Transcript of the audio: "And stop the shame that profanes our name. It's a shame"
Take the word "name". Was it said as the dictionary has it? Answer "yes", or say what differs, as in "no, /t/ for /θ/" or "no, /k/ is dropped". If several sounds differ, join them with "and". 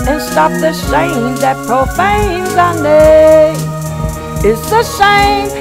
no, /m/ is dropped